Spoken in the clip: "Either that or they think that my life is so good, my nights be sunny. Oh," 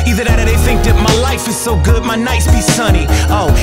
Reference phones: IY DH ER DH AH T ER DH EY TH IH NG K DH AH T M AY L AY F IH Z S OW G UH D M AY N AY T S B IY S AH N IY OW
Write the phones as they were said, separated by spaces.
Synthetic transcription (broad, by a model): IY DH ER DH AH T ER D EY TH IH NG K DH AH T M AY L AY F IH Z S OW G UH D M AY N AY S B IY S AH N IY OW